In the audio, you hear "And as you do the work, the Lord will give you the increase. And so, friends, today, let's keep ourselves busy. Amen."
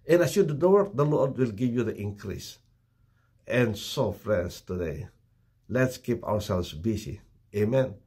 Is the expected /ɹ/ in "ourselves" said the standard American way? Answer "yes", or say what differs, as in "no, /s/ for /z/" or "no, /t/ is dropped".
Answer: no, /w/ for /ɹ/